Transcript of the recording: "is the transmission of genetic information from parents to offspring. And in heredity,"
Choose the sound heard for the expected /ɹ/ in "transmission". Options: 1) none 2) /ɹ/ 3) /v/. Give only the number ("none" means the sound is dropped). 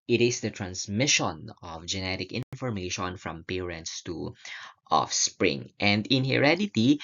2